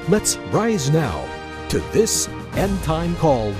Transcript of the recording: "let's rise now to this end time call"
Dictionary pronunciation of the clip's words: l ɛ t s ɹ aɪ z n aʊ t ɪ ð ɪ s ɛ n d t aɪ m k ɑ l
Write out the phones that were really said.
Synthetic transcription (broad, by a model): l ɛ t s ɹ aɪ z n aʊ t ɪ ð ɪ s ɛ n t aɪ m k ɑ l